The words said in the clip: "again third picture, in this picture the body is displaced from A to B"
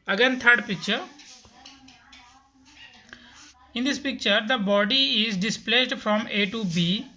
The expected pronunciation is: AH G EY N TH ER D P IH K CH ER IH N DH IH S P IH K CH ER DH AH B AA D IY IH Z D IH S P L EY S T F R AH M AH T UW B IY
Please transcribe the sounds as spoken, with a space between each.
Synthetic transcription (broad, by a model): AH G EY N T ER D P IH K CH ER IH N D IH S P IH K CH ER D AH B AA D IY IH Z D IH S P L EY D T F R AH M AH T UW B IY